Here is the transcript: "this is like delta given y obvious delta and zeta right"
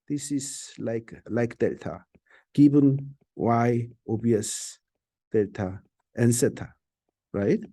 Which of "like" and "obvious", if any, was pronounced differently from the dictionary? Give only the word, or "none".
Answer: obvious